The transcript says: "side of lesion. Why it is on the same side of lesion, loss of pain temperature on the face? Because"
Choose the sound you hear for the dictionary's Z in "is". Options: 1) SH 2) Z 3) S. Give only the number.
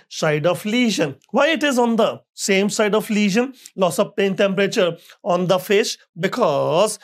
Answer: 2